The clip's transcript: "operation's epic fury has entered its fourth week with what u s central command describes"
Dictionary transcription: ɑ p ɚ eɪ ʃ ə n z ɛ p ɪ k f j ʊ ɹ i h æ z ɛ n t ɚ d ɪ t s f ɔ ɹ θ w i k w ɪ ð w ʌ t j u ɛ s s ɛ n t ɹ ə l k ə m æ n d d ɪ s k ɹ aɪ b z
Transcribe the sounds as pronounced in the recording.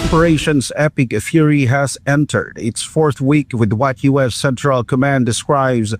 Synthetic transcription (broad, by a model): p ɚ eɪ ʃ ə n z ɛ p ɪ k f j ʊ ɹ i h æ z ɛ n t ɚ d ɪ t s f ɔ ɹ θ w i k w ɪ ð w ʌ t j u ɛ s s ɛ n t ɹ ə l k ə m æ n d d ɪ s k ɹ aɪ b z